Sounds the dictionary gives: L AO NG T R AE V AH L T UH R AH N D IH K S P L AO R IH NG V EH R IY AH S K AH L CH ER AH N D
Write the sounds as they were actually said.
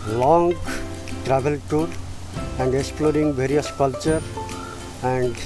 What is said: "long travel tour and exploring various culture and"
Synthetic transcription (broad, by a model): L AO NG T R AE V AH L T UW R AH N D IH K S P L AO R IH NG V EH R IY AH S K AH L CH ER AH N D